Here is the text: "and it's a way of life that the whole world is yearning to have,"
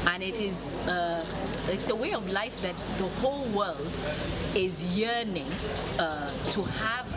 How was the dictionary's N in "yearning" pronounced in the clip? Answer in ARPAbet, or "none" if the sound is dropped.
N